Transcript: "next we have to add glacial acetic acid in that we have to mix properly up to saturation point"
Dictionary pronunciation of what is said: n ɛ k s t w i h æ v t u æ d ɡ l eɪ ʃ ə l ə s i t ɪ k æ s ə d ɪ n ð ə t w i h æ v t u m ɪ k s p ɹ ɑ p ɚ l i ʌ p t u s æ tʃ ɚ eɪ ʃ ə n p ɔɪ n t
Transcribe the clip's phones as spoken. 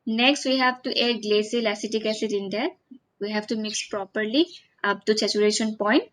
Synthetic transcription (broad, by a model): n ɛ k s t w i h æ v t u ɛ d ɡ l eɪ s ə l ə s i t ɪ k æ s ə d ɪ n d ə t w i h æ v t u m ɪ k s p ɹ ɑ p ɚ l i ʌ p t u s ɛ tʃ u eɪ ʃ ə n p ɔɪ n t